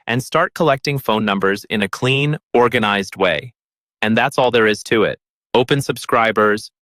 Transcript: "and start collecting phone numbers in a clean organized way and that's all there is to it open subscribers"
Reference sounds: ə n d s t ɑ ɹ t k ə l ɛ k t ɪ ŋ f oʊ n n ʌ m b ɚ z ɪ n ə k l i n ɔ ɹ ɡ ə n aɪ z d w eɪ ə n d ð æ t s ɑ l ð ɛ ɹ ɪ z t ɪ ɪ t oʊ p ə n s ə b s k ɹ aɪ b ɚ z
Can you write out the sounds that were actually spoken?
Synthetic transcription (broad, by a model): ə n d s t ɑ ɹ t k ə l ɛ k t ɪ ŋ f oʊ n n ʌ m b ɚ z ɪ n ə k l i n ɔ ɹ ɡ ə n aɪ z d w eɪ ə n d ð æ t s ɑ l ð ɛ ɹ ɪ z t ɪ ɪ t oʊ p ə n s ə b s k ɹ aɪ b ɚ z